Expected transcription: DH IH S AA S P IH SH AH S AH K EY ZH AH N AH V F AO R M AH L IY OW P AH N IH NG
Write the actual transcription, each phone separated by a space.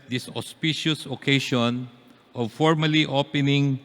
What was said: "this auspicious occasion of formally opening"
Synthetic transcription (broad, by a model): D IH S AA S P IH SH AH S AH K EY SH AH N AH V F AO R M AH L IY OW P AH N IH NG